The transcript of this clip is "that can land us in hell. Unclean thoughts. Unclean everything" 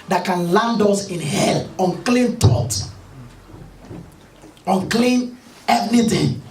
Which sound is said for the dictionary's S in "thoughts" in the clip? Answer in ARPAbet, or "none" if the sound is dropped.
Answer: none